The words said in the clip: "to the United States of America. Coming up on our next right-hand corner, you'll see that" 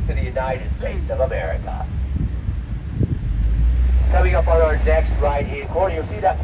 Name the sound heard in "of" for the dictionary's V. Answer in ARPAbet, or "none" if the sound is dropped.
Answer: V